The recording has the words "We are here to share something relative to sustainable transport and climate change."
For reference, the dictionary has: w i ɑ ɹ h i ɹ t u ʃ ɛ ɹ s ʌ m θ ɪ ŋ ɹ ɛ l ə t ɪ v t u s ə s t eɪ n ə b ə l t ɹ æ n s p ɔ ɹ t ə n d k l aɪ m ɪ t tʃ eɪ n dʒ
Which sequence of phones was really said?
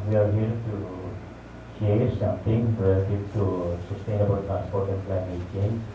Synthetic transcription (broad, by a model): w i ɑ ɹ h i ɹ t u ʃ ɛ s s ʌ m t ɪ ŋ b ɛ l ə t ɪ t u s ə s t eɪ n ə b ə l t ɹ æ n s p ɔ ɹ t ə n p l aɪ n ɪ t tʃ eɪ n